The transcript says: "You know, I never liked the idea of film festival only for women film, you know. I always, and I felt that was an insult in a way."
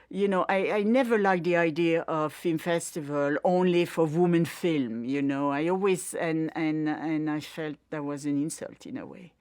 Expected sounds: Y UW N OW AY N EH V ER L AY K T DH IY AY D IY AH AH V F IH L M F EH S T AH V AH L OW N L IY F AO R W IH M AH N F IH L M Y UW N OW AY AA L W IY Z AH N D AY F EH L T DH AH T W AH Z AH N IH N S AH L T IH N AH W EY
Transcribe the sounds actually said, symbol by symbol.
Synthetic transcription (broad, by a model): Y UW N OW AY N EH V ER L AY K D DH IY AY D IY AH AH V F IH L M F EH S T AH V AH L OW N L IY F AO R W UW M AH N F IH L M Y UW N OW AY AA L W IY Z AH N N AY F EH L T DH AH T W AH Z AH N IH N S AH L T IH N AH W EY